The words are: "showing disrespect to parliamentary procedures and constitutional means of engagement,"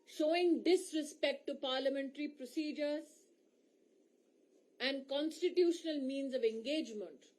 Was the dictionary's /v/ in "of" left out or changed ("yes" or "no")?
no